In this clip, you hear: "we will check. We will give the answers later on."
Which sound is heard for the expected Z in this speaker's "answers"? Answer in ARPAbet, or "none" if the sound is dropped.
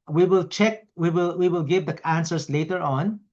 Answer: S